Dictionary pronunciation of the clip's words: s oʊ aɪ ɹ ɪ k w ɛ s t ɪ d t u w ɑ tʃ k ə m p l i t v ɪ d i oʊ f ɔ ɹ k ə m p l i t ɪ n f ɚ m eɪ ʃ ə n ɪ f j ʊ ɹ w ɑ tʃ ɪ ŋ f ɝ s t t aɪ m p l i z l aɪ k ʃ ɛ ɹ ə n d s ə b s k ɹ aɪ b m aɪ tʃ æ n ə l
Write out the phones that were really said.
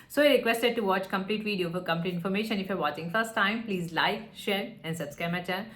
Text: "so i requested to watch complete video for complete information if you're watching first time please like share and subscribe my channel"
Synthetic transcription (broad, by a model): s oʊ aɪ ɹ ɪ k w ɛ s t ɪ d t u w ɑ tʃ k ə m p l i t v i d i oʊ f ɔ ɹ k ə m p l i t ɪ n f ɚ m eɪ ʃ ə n ɪ f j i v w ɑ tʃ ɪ ŋ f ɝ s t t aɪ m p l i z l aɪ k ʃ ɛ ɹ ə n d s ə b s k aɪ m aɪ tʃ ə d